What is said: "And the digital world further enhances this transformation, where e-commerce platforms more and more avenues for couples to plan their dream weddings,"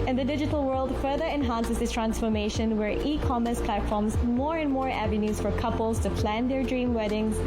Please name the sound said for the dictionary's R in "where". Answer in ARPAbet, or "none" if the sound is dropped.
R